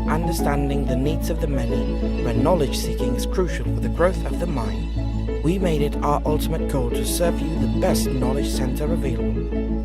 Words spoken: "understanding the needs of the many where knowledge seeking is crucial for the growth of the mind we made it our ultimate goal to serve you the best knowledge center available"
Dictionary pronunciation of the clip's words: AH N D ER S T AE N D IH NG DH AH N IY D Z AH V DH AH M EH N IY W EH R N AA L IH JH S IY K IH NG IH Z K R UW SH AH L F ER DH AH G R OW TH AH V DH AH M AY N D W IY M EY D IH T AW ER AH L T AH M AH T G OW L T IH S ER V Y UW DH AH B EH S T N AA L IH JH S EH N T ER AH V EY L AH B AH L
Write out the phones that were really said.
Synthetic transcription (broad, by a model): AH N D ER S T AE N D IH NG DH AH N IY D Z AH V DH AH M EH N IY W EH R N AA L IH JH S IY K IH NG IH Z K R UW SH L F ER DH AH G R OW TH AH V DH AH M AY N D W IY M EY D IH T AW ER AH L T AH M AH T G OW L T IH S ER V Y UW DH AH B EH S T N AA L IH JH S EH N T ER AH V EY L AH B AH L